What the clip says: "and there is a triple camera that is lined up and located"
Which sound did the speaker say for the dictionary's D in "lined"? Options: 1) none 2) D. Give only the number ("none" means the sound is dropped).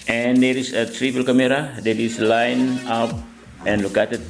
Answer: 1